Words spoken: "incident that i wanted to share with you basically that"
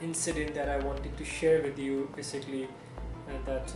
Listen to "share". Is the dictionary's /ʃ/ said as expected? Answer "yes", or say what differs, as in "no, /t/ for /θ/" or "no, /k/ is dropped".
yes